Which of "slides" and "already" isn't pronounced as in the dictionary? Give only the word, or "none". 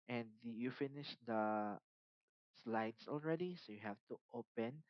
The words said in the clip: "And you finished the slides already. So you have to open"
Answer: slides